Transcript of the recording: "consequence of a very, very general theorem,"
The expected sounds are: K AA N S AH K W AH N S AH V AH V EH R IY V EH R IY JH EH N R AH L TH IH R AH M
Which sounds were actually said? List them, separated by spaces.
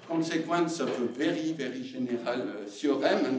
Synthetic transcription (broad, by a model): K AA S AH K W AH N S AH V AH V EH R IY V EH R IY ZH EH N R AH L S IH R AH M